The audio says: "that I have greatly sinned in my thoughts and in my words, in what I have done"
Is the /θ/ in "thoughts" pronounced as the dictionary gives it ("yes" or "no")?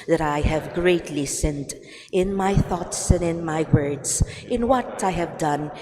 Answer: yes